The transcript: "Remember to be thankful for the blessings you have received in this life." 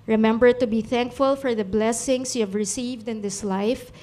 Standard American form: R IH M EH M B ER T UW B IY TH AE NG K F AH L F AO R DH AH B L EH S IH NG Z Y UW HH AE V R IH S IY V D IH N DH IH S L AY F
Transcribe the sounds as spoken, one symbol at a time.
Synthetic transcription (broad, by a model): R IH M EH M B ER T UW B IY TH AE NG K F AH L F AO R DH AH B L EH S IH NG S Y UW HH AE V R IH S IY V D IH N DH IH S L AY F